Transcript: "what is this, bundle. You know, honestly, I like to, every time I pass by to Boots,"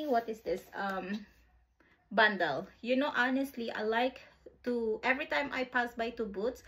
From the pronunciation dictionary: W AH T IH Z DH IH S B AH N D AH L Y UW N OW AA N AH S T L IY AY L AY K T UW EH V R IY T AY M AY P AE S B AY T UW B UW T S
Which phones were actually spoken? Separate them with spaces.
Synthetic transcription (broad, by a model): W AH T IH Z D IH S B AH N D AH L Y UW N OW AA N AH S T L IY AY L AY K T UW EH V R IY T AY M AY P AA S B AY T UW B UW T S